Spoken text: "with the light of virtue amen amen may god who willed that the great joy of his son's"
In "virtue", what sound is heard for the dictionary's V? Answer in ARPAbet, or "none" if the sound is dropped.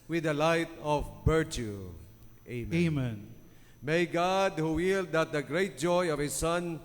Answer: B